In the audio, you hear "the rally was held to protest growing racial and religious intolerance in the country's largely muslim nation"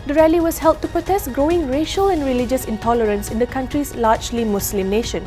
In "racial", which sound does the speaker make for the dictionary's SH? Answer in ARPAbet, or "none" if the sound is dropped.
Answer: SH